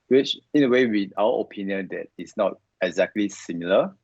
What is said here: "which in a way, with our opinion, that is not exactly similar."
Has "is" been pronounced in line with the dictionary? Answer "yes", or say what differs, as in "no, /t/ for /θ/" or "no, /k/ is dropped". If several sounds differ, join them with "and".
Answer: no, /s/ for /z/